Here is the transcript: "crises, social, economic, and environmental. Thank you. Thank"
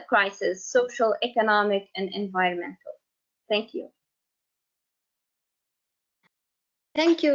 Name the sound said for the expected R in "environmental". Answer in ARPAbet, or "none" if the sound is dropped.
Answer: R